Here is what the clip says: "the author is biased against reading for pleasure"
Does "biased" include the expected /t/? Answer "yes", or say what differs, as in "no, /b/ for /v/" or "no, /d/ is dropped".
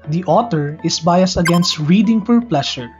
no, /t/ is dropped